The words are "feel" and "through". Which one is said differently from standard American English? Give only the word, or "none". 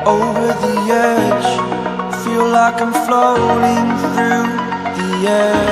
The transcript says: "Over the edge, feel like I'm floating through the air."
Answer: none